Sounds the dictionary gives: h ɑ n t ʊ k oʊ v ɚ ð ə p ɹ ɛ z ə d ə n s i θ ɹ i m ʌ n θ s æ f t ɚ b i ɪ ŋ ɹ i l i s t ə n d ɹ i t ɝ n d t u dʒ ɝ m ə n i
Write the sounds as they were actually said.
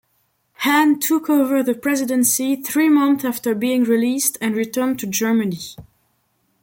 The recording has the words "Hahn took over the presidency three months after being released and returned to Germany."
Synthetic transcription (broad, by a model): h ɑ n t ʊ k oʊ v ɚ ð ə p ɹ ɛ z ə d ə n s i θ ɹ i m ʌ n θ æ f t ɚ b i ɪ ŋ ɹ i l i s t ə n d ɹ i t ɝ n t u dʒ ɝ m ə n i